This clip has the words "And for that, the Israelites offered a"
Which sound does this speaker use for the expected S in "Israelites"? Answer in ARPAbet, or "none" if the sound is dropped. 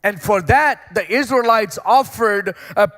S